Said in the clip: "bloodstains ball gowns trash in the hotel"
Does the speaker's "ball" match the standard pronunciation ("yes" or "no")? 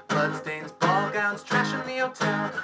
yes